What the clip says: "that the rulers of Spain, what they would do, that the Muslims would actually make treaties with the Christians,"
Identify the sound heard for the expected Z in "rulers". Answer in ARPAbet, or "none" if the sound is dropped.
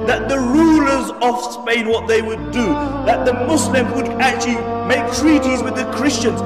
Z